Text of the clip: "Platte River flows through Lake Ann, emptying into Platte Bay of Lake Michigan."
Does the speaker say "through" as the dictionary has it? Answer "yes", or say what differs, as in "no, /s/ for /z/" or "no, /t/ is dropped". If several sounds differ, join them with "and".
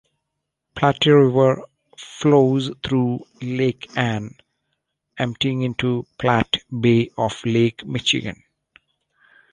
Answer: no, /t/ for /θ/